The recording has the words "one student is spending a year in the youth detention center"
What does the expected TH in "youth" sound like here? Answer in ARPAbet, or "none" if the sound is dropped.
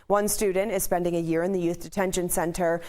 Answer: TH